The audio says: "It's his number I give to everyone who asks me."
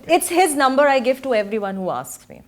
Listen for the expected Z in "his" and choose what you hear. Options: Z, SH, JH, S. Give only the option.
Z